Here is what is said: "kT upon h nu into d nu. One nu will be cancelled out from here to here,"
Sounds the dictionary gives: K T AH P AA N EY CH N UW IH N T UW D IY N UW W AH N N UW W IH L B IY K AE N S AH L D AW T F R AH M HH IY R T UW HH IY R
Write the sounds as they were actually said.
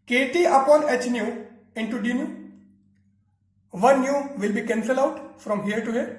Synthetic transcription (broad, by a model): K T AH P AA N EY CH N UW IH N T UW D IY N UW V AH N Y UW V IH L B IY K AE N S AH L AW T F R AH M HH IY R T UW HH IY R